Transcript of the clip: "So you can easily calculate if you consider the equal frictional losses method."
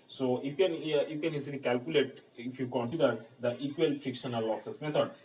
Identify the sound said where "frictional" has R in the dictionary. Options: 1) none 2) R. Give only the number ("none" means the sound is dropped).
1